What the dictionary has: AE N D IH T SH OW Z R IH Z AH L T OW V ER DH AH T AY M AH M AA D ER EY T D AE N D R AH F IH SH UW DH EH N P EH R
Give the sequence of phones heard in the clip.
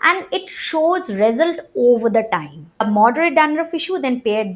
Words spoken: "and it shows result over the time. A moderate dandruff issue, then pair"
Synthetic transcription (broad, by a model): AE N D IH T SH OW Z R IH Z AH L T OW V ER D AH T AY M AH M AA D ER EY T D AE N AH R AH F IH SH UW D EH N P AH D